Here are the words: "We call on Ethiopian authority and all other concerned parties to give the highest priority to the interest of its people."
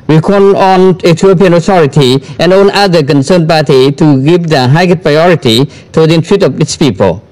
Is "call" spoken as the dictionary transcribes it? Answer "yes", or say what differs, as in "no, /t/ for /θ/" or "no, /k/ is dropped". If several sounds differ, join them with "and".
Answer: no, /n/ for /l/